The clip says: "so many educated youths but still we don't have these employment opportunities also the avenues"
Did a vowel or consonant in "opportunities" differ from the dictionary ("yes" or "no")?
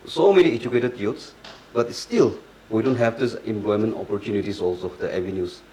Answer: yes